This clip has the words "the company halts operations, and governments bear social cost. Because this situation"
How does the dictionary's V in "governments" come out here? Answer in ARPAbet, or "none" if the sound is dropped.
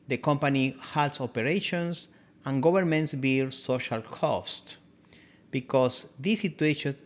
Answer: B